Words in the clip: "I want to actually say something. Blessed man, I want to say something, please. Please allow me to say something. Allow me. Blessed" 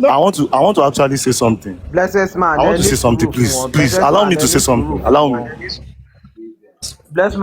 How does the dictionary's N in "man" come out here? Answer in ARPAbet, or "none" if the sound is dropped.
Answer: none